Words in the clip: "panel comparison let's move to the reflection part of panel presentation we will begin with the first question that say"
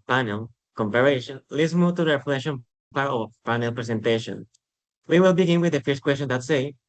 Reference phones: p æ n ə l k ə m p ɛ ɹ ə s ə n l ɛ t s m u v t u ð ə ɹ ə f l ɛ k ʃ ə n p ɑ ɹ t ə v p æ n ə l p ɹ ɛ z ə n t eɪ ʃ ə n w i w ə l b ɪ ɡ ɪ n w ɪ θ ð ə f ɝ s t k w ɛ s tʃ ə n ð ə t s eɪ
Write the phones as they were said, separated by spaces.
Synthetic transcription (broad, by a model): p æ n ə l k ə m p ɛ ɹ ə ʃ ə n l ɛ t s m u v t u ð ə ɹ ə f l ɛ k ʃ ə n p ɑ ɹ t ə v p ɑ n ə l p ɹ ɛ s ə n t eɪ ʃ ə n w i w ə l b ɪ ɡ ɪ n w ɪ ð ə f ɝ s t k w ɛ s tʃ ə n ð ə t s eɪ